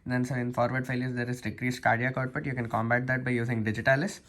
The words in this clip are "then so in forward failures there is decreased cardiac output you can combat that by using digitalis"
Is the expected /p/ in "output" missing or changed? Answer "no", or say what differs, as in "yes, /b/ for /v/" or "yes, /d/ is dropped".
yes, /b/ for /p/